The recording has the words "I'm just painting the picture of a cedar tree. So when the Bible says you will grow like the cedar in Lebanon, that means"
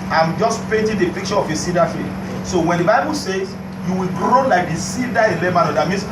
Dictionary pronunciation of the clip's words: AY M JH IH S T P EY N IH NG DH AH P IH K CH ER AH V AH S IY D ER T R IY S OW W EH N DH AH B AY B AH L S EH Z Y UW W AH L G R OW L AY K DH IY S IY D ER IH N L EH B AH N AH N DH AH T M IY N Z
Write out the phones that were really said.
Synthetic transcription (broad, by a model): AY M JH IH S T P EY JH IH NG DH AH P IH K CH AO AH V AH S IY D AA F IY S OW W EH N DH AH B AY B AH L S EH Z Y UW W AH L G R OW L AY K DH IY S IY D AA IH N L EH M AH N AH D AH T M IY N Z